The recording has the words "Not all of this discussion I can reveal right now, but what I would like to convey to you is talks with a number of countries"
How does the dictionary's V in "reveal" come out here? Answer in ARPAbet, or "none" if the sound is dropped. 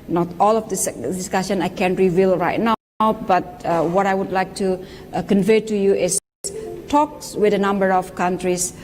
V